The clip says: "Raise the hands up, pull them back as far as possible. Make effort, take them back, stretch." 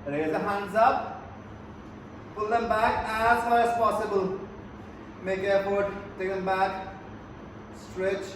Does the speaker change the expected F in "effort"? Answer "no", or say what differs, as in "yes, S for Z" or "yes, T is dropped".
yes, P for F